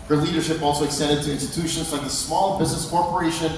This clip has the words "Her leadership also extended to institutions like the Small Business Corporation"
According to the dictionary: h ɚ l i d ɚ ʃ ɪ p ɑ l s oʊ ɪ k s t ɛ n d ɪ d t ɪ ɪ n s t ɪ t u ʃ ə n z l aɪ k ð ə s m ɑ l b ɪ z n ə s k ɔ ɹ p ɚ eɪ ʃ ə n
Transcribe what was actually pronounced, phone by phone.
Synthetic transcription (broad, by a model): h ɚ l i d ɚ ʃ ɪ p ɑ l s oʊ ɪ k s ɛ d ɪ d t ɪ ɪ n s t ɪ t u ʃ ə n z l aɪ k ð ə s m ɑ l b ɪ z n ə s k ɔ ɹ p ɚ eɪ ʃ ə n